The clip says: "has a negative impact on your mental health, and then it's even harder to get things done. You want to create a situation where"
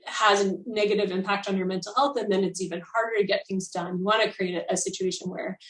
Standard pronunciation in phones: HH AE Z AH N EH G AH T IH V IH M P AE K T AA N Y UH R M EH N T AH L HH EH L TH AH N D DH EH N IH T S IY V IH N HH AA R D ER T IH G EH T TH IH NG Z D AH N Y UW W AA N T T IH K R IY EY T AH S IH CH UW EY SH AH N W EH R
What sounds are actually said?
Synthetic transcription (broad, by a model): HH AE Z AH N EH G AH T IH V IH M P AE K T N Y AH R M EH N T L HH EH L TH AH N DH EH N IH T S IY V IH N HH AA R D ER T IH G EH T TH IH NG Z D AH N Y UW W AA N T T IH K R IY EY T AH S IH CH UW EY SH AH N W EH R